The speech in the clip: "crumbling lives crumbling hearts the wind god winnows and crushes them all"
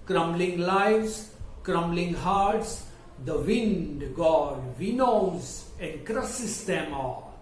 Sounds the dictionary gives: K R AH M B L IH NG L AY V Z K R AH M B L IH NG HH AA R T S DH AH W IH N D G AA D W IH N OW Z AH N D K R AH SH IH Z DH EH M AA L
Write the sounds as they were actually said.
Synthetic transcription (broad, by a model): K R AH M B L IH NG L AY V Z K R AH M B L IH NG HH AA R T S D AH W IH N D G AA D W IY N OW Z AH N D K R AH S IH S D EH M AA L